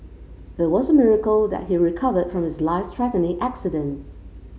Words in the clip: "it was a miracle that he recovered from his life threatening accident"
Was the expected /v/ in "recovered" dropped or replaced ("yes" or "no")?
no